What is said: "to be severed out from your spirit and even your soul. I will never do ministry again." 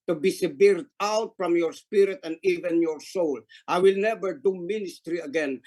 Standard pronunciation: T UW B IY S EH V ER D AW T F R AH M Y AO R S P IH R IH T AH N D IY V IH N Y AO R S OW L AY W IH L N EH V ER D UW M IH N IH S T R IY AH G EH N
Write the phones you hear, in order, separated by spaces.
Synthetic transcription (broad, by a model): T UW B IY S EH B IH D AW T F R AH M Y AO R S P IH R IH T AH N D IY V IH N Y AO R S OW L AY W IH L N EH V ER D UW M IH N IH S T R IY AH G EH N